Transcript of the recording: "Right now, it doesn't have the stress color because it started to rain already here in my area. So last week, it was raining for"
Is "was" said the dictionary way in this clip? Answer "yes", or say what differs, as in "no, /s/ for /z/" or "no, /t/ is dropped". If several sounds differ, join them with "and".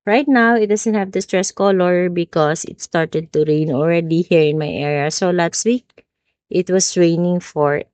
no, /s/ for /z/